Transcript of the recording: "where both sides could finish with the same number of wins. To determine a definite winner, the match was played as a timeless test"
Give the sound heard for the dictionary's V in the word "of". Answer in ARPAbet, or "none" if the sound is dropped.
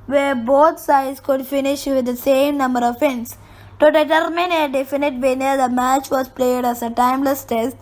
V